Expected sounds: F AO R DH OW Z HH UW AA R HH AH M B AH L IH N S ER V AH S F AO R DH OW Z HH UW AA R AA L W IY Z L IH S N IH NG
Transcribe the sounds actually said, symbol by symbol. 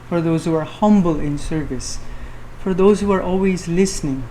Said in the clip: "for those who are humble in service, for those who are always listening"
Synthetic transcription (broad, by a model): F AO R DH OW Z HH UW AA R HH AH M B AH L IH N S ER V AH S F AO R DH OW Z HH UW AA R AA L W IY Z L IH S N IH NG